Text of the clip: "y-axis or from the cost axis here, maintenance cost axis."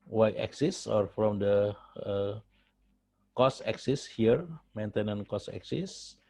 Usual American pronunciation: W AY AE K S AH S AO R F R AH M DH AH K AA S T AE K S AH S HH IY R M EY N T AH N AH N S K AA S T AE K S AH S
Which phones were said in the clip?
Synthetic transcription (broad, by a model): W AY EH K S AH S AO R F R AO M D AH K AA S EH K S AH S HH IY R M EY N T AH N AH N K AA S AE K S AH S